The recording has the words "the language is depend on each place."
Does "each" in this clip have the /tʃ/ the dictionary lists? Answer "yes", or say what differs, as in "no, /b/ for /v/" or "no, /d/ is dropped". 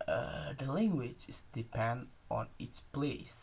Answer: no, /s/ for /tʃ/